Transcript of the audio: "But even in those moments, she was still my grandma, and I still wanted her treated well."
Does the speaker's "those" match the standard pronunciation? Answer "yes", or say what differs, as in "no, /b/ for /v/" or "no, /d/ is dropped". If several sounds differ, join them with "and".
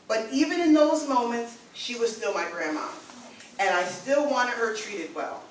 yes